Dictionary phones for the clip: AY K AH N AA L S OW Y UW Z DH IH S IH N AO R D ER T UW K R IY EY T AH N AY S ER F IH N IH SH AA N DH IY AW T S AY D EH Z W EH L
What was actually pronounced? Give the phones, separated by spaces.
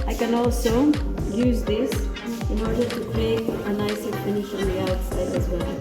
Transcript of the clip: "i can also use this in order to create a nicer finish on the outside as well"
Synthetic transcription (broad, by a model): AY K AH N AA L S OW Y UW Z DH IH S IH N AO R D ER T UW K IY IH AH N AY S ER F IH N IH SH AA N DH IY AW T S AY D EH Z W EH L